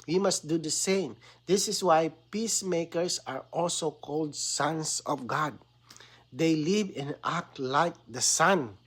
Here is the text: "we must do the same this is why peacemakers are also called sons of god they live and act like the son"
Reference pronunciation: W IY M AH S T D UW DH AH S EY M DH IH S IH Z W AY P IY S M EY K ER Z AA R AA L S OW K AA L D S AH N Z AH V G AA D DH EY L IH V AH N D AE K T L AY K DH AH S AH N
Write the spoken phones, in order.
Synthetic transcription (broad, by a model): W IY M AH S T D UW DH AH S EY M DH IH S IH S W AY P IY S M EY K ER S AA R AA L S OW K AA L D S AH N S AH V G AA D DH EY L IH V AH N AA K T L AY K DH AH S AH N